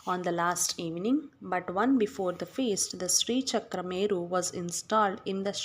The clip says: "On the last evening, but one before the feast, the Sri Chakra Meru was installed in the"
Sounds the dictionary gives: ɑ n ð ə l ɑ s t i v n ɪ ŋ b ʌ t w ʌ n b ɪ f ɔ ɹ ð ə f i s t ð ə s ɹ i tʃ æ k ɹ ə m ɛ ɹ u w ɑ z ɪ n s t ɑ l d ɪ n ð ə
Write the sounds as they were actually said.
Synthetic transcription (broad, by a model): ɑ n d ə l ɑ s t i v n ɪ ŋ b ʌ t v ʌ n b ɪ f ɔ ɹ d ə f i s t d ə s ɹ i tʃ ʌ k ɹ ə m ɛ ɹ u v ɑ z ɪ n s t ɑ l d ɪ n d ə